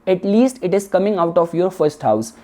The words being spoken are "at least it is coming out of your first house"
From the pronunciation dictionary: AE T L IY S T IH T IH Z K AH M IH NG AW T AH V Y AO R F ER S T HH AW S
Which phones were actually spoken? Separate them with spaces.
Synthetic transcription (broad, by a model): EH T L IY S T IH T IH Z K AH M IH NG AW T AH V Y AO R F ER S T HH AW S